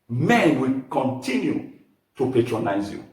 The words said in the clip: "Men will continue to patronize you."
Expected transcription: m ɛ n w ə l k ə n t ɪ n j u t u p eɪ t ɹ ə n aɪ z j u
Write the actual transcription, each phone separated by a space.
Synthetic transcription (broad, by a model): m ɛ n w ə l k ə n t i n j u t u p eɪ t ɹ ə n aɪ z j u